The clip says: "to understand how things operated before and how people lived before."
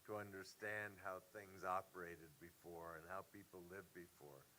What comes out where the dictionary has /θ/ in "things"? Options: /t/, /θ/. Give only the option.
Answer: /θ/